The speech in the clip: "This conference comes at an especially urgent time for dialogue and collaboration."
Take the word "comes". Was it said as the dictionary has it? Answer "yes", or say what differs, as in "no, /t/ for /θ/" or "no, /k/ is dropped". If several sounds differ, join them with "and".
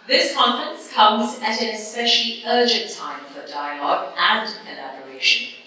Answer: yes